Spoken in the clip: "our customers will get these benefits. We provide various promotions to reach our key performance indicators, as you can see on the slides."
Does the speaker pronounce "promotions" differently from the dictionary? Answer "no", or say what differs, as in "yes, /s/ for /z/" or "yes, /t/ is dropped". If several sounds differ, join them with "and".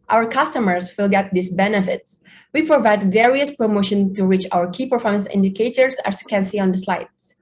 yes, /z/ is dropped